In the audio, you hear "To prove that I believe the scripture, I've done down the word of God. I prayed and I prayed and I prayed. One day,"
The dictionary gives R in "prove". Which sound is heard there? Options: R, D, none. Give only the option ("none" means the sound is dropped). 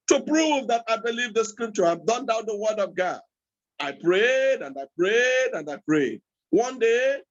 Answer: R